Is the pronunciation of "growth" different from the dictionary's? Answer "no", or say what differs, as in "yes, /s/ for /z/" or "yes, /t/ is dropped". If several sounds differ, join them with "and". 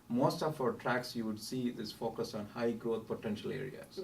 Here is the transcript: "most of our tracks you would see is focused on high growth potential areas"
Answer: yes, /ɹ/ is dropped